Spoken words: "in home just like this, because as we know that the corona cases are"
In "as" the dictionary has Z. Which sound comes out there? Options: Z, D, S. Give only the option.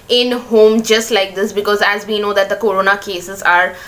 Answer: Z